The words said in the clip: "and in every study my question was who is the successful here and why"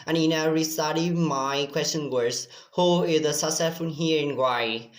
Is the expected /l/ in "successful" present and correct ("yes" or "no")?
no